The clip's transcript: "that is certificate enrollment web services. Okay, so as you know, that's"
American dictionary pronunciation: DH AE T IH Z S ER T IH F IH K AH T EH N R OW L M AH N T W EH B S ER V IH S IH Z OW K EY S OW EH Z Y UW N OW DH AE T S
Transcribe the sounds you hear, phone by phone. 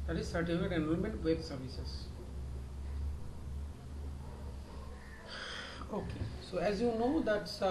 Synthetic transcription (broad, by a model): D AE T IH Z S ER T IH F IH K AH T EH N OW N M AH N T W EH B S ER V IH S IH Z OW K EY S OW EH Z Y UW N OW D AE T S